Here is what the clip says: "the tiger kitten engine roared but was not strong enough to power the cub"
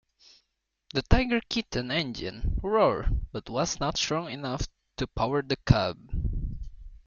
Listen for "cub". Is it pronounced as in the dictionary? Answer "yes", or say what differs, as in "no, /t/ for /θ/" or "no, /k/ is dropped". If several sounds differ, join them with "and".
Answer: yes